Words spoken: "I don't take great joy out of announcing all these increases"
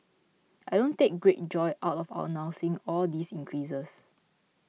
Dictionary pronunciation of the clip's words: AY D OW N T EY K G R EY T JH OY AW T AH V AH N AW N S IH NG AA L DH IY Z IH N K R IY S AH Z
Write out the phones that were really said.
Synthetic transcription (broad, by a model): AY D OW N T EY K G R EY T JH OY AW T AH W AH N AW S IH NG AA L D IY S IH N K R IY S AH S